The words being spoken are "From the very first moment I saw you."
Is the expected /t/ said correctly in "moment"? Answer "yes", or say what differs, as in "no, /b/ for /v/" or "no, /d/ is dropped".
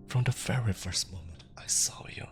yes